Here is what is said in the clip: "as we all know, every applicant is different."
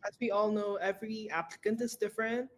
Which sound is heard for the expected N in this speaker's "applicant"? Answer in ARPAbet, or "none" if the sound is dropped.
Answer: N